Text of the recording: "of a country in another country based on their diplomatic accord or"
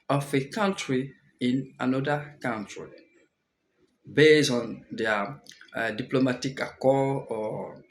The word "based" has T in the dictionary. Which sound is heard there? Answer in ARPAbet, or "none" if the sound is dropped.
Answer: none